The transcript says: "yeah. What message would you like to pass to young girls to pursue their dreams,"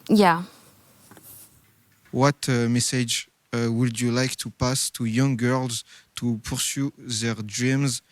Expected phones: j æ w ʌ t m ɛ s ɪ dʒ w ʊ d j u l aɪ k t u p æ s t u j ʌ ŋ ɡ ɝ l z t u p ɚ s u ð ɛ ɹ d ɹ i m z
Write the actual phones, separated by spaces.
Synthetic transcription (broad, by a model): j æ w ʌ t m ɛ s ɪ dʒ w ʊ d j u l aɪ k t u p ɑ s t u j ʌ ŋ ɡ ɝ l z t u p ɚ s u ð ɛ ɹ d ɹ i m z